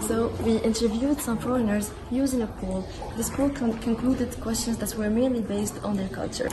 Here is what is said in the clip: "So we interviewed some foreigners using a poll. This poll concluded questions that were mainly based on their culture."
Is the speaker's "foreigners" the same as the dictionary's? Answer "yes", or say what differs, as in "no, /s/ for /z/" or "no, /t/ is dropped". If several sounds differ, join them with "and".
yes